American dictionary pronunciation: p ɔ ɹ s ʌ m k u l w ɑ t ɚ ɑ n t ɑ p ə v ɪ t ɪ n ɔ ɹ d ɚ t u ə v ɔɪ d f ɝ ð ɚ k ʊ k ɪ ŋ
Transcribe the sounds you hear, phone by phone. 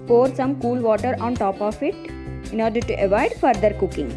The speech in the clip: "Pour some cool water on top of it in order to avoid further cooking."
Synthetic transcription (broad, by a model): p ɔ ɹ s ʌ m k u l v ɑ t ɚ ɑ n t ɑ p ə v ɪ t ɪ n ɔ ɹ d ɚ t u ə v ɔɪ d f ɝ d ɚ k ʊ k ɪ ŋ